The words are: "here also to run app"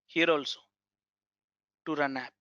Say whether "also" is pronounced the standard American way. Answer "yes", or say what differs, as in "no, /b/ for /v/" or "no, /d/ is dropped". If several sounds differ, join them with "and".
yes